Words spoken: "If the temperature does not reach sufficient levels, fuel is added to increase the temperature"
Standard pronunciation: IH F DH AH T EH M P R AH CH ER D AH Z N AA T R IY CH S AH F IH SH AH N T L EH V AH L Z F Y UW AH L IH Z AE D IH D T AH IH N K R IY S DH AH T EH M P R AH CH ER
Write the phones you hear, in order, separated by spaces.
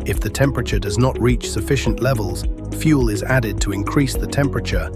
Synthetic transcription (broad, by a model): IH F DH AH T EH M P R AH CH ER D AH Z N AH T R IY CH S AH F IH SH AH N T L EH V AH L Z F Y UW L IH Z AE D IH D T AH IH N K R IY S DH AH T EH M P R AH CH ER